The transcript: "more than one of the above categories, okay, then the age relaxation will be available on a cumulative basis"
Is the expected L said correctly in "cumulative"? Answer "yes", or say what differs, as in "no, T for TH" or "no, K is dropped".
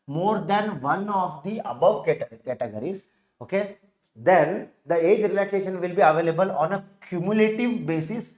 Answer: yes